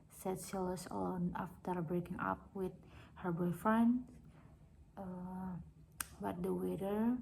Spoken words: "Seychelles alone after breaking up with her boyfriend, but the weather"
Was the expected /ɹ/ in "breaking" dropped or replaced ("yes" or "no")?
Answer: no